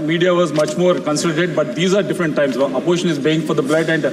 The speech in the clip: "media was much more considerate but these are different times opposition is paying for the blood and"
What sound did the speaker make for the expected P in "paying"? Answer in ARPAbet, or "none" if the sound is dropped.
B